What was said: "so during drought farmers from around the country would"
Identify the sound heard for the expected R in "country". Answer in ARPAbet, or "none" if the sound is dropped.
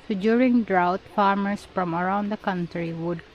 R